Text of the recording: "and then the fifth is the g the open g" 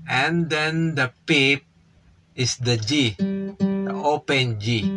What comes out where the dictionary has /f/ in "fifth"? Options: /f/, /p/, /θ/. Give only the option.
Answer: /p/